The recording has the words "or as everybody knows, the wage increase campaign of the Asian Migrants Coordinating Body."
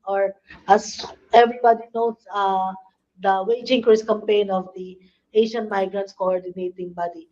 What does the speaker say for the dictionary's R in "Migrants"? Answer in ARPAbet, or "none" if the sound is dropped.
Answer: R